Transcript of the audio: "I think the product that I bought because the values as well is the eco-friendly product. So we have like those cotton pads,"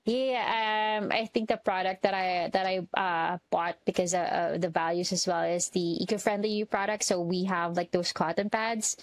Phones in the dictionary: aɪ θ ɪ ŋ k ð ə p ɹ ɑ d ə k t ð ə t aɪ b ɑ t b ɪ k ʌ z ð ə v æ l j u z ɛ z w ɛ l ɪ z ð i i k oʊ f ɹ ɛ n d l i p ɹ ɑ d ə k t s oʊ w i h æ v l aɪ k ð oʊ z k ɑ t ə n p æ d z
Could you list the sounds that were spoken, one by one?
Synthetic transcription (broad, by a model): aɪ θ ɪ ŋ k ð ə p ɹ ɑ d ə k t ð ə t aɪ b ɑ t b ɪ k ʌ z ð ə v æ l j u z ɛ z w ɛ l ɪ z ð i i k oʊ f ɹ ɛ n d l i p ɹ ɑ d ə k t s oʊ w i h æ v l aɪ k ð oʊ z k ɑ t ə n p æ d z